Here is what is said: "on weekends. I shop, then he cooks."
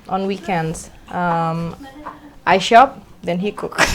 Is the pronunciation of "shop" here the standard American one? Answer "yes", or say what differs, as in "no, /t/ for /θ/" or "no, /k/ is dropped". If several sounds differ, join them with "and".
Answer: yes